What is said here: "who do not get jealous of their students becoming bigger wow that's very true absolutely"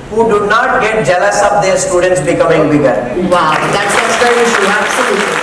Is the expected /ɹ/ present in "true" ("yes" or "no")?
no